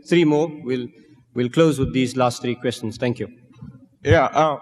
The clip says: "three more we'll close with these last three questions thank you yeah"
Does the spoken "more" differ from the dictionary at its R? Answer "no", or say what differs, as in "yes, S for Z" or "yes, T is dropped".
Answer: yes, L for R